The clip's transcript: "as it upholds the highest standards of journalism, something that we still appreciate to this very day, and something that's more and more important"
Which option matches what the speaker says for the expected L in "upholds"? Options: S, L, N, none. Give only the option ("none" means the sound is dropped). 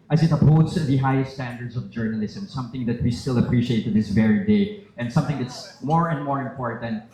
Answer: none